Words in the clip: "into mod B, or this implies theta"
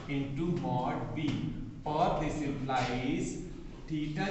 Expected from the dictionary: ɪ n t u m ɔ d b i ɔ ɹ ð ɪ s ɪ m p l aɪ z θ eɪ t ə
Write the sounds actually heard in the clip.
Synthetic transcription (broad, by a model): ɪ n t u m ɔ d b i ɔ ɹ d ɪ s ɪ p l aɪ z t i t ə